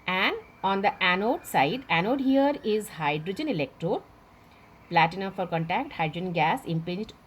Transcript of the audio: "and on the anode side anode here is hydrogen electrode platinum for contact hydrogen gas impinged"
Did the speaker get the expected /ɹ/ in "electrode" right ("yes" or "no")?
yes